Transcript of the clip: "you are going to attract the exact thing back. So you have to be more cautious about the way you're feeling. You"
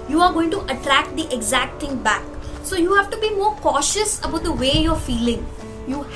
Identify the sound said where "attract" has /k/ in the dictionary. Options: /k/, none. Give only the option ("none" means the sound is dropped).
/k/